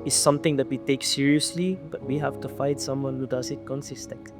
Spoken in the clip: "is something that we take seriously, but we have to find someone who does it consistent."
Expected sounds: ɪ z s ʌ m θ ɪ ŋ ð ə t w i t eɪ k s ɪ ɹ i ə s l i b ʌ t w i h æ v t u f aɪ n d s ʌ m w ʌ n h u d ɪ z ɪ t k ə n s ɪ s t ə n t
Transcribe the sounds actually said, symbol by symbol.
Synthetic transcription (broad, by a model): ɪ s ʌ m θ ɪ ŋ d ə t w i t eɪ k s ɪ ɹ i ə s l i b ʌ t w i h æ f t u f aɪ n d s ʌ m w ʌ n h u d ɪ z ɪ t k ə n s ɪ s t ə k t